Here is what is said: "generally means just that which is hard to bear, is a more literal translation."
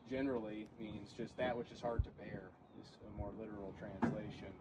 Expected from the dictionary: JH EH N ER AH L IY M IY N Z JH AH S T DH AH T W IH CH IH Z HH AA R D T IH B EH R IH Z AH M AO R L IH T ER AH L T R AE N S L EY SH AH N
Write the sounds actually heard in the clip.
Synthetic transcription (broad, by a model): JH EH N ER L IY M IY N Z JH AH S T DH AH T W IH CH IH Z HH AA R D T IH B EH R IH Z AH M AO R L IH T ER L T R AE N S L EY SH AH N